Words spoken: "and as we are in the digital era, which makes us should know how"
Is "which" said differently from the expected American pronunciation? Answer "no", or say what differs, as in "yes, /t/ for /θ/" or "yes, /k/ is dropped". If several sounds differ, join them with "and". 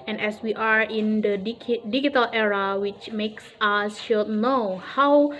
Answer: no